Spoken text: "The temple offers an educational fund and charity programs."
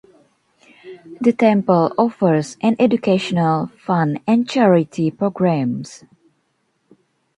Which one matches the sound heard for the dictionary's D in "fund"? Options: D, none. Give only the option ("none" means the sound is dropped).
none